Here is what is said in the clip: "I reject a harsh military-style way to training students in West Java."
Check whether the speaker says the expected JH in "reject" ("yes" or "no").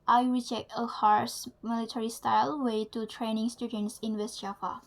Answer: yes